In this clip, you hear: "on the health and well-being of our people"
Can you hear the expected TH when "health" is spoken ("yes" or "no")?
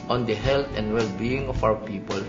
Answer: no